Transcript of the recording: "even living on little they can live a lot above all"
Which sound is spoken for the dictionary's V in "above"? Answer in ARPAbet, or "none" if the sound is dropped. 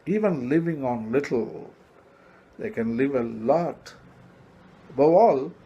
none